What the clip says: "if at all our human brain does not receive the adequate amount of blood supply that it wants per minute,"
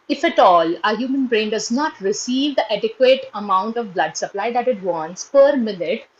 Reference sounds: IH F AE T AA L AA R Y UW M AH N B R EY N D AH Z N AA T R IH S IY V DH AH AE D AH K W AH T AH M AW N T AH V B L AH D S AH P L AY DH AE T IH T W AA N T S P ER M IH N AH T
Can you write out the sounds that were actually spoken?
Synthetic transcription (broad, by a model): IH F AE T AA L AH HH Y UW M AH N B R EY N D AH Z N AA T R IH S IY V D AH AE D AH K W AH T AH M AW N T AH V B L AH D S AH P L AY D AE T IH T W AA N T S P ER M IH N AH T